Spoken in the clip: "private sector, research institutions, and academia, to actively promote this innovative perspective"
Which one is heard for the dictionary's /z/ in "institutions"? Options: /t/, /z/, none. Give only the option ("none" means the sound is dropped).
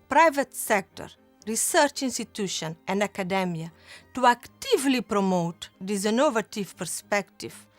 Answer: none